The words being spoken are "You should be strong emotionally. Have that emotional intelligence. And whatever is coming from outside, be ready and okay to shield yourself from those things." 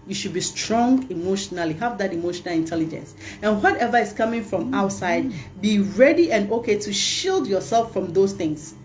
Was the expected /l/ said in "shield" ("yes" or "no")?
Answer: yes